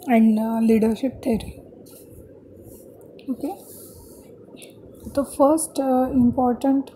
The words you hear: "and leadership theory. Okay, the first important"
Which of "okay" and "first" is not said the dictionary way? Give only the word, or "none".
none